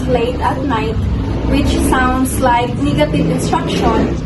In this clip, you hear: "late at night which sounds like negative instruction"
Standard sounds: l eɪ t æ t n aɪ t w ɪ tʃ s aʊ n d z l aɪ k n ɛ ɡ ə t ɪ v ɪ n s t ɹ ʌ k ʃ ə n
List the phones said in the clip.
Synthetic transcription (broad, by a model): l eɪ t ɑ t n aɪ t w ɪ tʃ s aʊ n d s l aɪ k n ɛ ɡ ə t ɪ v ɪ n s t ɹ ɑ k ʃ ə n